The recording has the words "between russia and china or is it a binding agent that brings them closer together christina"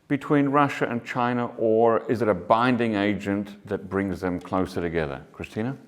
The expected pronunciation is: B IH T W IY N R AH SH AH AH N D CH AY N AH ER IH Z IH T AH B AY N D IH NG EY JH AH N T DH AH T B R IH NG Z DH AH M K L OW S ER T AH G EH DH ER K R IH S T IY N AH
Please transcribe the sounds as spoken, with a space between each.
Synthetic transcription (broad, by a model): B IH T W IY N R AH SH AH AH N CH AY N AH ER IH Z IH T AH B AY N D IH NG EY JH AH N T DH AH T B R IH NG Z DH AH M K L OW S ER T AH G EH DH ER K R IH S T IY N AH